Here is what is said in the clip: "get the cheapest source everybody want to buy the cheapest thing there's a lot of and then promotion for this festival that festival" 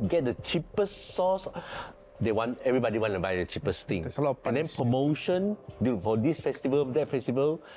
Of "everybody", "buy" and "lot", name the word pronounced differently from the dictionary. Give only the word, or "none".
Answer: lot